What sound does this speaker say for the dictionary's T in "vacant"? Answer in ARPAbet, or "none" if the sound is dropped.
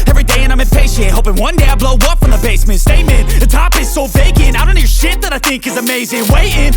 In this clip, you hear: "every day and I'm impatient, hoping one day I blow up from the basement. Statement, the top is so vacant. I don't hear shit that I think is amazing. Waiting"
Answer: none